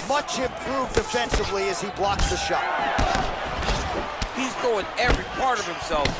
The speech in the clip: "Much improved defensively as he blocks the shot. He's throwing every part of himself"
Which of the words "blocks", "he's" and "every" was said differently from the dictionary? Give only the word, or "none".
none